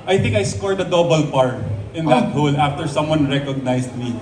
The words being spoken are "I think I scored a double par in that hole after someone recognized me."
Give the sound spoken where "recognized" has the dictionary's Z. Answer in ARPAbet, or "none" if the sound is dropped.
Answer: S